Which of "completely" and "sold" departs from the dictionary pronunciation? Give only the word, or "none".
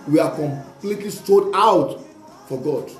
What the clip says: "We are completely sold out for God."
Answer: sold